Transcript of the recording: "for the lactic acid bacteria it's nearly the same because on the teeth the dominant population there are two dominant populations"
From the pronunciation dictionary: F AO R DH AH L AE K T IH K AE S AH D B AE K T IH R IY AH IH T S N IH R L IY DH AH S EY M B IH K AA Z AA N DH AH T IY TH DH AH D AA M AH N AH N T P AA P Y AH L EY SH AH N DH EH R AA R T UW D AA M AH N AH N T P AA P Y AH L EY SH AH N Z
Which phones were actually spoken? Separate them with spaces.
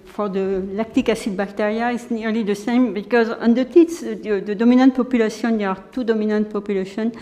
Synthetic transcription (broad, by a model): F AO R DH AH L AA K T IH K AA S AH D B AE K T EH R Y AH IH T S N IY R L IY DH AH S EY M B IH K AA Z AA N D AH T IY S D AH D AA M AH N AH N T P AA P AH L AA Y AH N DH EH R AA R T UW D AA M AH N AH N T P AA P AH L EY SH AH N